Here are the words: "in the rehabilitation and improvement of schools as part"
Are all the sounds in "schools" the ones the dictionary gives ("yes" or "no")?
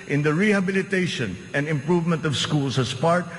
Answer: no